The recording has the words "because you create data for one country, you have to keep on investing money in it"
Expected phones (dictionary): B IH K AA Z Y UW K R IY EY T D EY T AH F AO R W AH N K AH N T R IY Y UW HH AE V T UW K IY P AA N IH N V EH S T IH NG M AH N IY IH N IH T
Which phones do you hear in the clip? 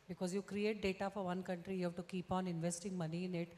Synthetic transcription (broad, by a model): B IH K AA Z Y UW K R IY EY T D EY T AH F AO R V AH N K AH N T R IY Y UW HH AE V T UW K IY P AA N IH N V EH S T IH NG M AH N IY IH N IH T